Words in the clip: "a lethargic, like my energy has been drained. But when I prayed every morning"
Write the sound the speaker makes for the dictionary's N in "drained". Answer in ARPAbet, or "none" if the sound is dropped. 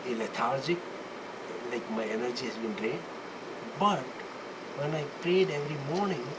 none